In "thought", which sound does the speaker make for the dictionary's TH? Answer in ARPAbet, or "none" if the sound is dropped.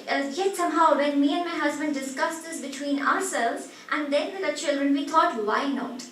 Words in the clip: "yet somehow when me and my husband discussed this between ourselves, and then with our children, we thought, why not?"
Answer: T